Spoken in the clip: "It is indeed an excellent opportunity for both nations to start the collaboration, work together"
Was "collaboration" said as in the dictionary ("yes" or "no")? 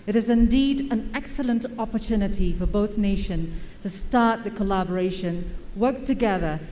yes